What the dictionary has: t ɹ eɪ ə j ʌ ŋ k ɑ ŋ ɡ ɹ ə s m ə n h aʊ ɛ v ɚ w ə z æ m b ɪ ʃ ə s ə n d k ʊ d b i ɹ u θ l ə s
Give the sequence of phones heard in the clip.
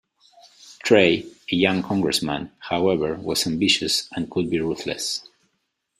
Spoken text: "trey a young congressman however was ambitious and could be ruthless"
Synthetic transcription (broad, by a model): t ɹ eɪ ə j ʌ ŋ k ɑ ŋ ɡ ɹ ə s m ə n h aʊ ɛ v ɚ w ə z æ m b ɪ ʃ ə s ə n k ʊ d b i ɹ u θ l ə s